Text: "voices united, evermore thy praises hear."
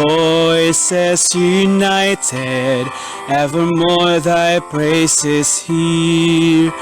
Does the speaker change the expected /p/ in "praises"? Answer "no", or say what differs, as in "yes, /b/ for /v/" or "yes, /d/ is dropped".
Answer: yes, /b/ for /p/